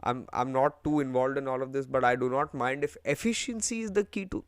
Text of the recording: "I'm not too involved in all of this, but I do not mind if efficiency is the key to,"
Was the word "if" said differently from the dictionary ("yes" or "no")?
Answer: no